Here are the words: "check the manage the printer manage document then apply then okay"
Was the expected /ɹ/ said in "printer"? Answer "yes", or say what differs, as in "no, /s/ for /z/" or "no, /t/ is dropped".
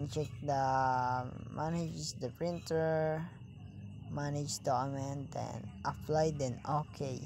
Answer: yes